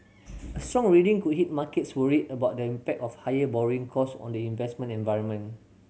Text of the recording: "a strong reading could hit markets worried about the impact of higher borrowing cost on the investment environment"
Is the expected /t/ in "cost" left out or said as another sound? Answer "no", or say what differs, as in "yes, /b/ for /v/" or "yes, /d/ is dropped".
yes, /t/ is dropped